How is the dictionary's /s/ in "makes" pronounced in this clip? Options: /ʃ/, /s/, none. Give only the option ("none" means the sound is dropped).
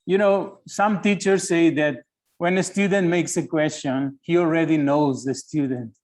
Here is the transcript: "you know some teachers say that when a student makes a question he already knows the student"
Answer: /s/